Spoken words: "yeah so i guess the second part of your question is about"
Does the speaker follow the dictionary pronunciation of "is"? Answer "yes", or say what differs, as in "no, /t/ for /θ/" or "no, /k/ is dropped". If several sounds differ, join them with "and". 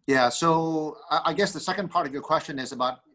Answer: yes